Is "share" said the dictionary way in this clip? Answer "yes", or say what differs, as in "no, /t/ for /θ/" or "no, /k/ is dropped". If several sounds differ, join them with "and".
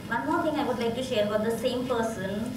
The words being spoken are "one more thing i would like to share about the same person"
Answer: yes